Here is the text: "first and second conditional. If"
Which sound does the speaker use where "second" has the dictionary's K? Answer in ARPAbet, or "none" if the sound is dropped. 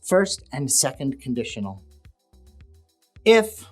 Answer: K